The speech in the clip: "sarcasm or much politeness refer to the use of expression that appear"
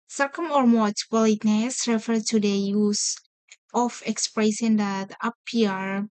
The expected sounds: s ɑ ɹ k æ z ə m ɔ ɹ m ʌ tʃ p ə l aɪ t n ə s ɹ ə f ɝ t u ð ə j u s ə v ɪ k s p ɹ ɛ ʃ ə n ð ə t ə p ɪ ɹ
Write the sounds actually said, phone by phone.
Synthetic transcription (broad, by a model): s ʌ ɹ k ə m ɔ ɹ m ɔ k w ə l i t n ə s ɹ ə f ɝ t u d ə j u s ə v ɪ k s p ɹ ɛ s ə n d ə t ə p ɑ ɹ